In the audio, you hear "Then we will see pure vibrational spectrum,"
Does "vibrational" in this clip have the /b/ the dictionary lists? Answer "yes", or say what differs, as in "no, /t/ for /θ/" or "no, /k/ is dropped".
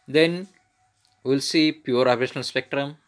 no, /b/ is dropped